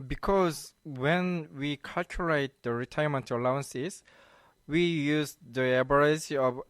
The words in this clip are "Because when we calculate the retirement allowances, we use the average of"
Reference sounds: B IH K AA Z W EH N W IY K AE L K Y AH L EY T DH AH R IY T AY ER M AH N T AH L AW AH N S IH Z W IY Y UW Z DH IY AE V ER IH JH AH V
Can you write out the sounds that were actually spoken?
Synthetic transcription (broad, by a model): B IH K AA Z W EH N W IY K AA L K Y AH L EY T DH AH R IY T AY ER M AH N T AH L AW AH N S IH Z W IY Y UW Z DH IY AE B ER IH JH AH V